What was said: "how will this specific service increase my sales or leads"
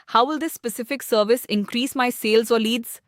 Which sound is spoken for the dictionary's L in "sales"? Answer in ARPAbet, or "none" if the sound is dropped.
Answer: L